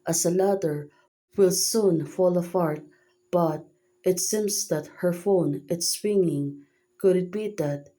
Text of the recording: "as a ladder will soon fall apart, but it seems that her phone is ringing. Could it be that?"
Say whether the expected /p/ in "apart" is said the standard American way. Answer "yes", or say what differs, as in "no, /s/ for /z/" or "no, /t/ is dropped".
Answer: no, /f/ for /p/